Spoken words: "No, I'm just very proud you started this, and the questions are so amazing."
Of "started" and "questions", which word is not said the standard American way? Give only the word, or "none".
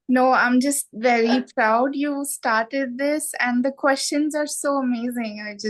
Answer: none